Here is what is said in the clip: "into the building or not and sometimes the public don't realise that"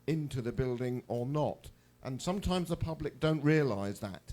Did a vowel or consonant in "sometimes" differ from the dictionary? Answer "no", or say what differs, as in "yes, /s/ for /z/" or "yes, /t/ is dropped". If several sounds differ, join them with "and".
no